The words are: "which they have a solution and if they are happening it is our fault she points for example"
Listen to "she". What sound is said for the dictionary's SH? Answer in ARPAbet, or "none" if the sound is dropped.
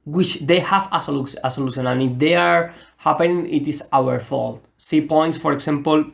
S